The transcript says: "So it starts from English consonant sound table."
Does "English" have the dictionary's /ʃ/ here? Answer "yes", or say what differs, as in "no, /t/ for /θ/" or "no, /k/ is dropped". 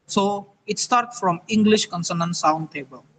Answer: yes